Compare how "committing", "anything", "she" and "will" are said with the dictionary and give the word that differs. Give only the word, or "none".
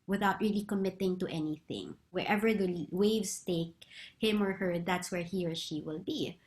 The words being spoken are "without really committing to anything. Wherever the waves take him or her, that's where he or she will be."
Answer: none